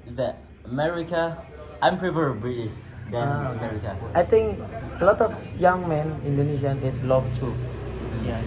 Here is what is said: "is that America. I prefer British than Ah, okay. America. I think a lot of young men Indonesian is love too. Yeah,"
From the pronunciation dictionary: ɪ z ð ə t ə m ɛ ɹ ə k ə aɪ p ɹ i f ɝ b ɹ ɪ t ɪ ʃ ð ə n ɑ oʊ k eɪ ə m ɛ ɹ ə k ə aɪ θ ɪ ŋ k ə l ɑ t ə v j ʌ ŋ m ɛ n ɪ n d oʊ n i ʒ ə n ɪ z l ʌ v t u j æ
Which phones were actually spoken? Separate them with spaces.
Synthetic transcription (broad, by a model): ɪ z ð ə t ə m ɛ ɹ ə k ə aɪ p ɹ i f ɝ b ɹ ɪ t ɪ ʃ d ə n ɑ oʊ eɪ ə m ɛ ɹ ə k ə aɪ t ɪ ŋ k ə l ɑ t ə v j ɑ ŋ m ɛ n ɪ n d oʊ n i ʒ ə n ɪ s l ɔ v t u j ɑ